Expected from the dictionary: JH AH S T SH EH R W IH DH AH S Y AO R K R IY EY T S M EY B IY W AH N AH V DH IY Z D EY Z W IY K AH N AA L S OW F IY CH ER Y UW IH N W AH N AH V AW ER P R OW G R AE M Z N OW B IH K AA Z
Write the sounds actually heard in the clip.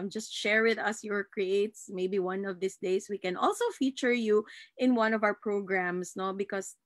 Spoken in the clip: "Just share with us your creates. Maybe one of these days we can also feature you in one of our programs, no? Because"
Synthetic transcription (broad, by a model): JH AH S T SH EH R W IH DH AH S Y AO R K R IY EY T S M EY B IY W AH N AH V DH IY S D EY S W IY K AH N AA L S OW F IY CH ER Y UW IH N W AH N AH V AW ER P R OW G R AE M S N OW B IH K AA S